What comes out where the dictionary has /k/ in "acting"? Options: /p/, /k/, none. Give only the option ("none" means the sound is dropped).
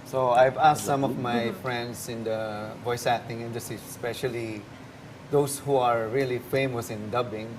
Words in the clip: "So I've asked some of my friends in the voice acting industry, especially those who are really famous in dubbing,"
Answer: none